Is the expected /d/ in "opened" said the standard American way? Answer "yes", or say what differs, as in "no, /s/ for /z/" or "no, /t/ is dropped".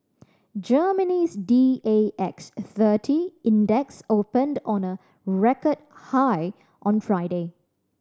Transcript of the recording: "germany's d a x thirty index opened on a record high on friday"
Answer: yes